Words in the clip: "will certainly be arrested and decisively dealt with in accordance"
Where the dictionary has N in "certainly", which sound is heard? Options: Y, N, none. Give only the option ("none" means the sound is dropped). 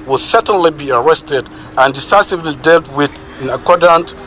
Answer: N